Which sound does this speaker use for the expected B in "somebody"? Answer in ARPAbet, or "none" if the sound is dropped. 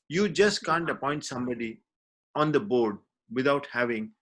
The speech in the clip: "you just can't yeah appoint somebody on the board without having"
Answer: B